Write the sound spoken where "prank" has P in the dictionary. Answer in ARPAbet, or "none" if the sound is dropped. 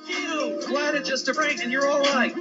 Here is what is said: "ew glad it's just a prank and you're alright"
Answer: B